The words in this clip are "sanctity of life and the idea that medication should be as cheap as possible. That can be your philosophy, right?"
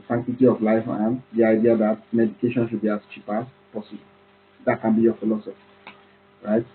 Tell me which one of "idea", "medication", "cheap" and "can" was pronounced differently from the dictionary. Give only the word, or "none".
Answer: none